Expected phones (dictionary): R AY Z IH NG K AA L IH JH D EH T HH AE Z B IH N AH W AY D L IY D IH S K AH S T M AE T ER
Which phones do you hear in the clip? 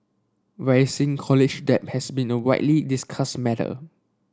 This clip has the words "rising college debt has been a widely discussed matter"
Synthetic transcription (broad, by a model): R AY S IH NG K AA L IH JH D EH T HH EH S B IH N AH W AY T L IY D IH S K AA S M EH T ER